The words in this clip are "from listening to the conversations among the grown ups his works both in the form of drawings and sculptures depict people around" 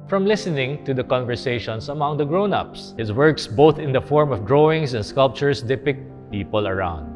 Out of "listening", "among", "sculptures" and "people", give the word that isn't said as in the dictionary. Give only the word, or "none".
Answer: sculptures